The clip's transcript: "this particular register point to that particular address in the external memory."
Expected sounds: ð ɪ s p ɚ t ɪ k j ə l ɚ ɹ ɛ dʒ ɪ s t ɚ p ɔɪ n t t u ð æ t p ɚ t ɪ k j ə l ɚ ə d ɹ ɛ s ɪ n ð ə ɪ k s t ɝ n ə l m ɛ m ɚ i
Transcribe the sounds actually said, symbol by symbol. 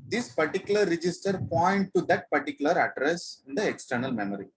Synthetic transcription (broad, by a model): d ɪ s p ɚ t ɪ k j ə l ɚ ɹ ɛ dʒ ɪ s t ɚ p ɔɪ n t t u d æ t p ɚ t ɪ k j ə l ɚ ə d ɹ ɛ s ɪ n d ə ɪ k s t ɝ n ə l m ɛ m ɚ i